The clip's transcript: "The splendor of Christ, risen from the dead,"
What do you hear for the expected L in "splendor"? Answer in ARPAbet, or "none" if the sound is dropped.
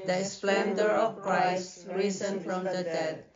L